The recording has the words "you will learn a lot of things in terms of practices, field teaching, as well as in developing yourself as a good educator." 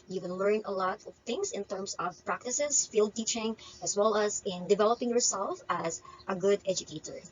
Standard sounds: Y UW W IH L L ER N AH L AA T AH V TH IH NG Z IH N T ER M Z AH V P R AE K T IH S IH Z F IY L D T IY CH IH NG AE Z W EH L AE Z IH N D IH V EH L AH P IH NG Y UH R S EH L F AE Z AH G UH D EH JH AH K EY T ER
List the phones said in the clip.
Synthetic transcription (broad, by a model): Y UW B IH N L ER N AH L AA T AH V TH IH NG S IH N T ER M S AH V P R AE K T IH S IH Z F IY L D T IY CH IH NG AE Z W EH L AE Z IH N D IH V EH L AH P IH NG Y UH R S EH L F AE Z AH G UH D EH JH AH K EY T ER